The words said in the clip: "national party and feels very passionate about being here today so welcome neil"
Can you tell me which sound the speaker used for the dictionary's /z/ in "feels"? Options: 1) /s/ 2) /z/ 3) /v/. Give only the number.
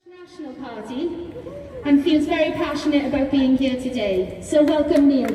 2